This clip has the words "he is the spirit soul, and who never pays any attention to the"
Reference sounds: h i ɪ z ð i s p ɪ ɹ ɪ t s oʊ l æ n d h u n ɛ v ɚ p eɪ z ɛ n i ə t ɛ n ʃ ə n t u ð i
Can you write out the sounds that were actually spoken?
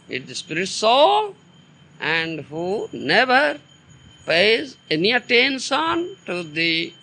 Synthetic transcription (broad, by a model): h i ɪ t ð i s p ɪ ɹ ɪ t s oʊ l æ n d h u n ɛ v ɚ p eɪ z ɛ n i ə t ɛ n s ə n t u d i